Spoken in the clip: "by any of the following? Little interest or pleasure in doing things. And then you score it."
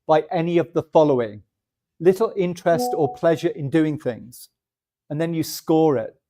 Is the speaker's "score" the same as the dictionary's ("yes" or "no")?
yes